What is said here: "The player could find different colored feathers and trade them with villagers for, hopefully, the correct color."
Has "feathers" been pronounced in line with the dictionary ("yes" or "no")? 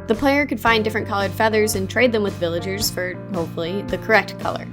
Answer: yes